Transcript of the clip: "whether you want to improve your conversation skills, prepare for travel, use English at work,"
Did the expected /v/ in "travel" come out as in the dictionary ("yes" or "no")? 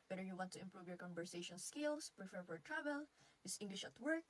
no